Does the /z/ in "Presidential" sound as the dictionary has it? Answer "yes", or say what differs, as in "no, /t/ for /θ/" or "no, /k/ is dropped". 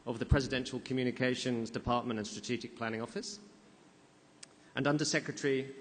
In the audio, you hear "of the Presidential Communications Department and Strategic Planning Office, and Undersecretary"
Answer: yes